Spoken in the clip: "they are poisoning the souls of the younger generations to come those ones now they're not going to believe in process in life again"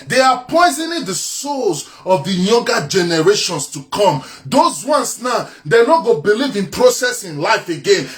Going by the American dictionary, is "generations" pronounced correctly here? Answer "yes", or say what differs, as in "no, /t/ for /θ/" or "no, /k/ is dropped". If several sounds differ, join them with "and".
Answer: no, /s/ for /z/